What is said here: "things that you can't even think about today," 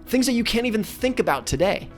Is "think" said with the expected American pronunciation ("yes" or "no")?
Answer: yes